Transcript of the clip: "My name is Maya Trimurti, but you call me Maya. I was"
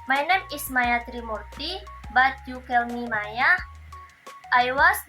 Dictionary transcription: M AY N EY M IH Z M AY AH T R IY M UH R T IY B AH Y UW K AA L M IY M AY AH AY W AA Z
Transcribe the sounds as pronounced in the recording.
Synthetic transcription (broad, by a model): M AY N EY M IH S M AY AH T R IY M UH R T IY B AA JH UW K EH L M IY M AY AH AY W AA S